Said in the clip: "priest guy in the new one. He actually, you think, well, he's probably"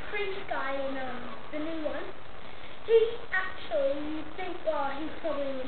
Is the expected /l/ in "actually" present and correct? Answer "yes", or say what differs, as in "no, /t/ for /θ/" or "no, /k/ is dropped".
no, /l/ is dropped